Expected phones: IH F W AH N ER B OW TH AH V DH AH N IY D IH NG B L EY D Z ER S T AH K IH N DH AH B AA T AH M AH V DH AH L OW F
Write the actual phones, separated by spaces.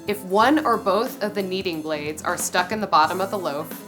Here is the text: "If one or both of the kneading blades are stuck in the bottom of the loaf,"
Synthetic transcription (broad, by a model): IH F W AH N ER B OW TH AH V DH AH N IY D IH NG B L EY D Z ER S T AH K IH N DH AH B AA T AH M AH V DH AH L OW